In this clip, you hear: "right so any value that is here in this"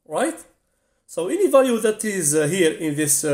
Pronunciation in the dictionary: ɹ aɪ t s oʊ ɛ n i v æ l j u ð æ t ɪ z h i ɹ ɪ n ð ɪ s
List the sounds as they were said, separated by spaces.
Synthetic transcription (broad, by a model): ɹ aɪ t s oʊ ɛ n i v æ l j u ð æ t ɪ z h i ɹ ɪ n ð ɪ s